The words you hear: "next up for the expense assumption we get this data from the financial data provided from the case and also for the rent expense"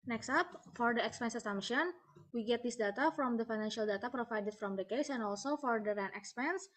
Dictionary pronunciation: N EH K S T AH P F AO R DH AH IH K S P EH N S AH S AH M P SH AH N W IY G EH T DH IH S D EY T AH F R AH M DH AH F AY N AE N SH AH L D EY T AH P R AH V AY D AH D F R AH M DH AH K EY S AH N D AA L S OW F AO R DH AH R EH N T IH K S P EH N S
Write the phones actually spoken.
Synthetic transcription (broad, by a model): N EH K S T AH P F AO R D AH IH K S P EH N S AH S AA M SH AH N W IY G EH T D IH S D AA T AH F R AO M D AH F AY N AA N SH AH L D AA T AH P R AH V AY D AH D F R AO M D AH K EY S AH N AA L S OW F AO R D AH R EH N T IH K S P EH N S